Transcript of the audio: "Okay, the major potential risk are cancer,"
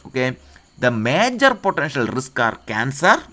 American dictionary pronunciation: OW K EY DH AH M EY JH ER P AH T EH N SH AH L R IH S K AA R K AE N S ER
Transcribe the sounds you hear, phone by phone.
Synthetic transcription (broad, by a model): OW K EY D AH M EY JH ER P AH T EH N SH AH L R IH S K AA R K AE N S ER